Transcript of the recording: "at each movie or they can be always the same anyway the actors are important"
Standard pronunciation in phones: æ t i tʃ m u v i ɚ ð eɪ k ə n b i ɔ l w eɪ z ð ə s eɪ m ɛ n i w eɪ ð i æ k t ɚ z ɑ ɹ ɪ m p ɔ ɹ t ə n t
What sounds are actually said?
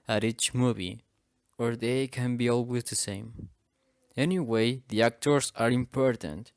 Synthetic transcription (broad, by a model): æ t i tʃ m u v i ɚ ð eɪ k ə n b i ɔ l w eɪ z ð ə s eɪ m ɛ n i w eɪ ð i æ k t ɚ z ɑ ɹ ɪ m p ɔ ɹ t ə n t